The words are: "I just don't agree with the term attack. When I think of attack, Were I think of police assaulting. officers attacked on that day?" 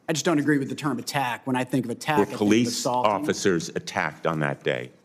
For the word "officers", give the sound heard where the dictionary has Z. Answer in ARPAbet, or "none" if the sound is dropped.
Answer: Z